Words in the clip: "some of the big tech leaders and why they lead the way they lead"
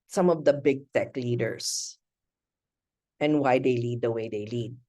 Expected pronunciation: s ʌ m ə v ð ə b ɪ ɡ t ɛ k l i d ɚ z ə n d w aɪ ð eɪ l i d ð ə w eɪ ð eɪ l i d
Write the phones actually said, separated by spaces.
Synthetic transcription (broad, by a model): s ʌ m ə v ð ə b ɪ ɡ t ɛ k l i d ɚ s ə n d w aɪ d eɪ l i d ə w eɪ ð eɪ l i d